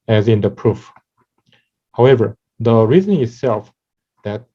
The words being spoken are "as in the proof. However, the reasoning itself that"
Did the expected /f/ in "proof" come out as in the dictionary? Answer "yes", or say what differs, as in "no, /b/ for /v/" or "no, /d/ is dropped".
yes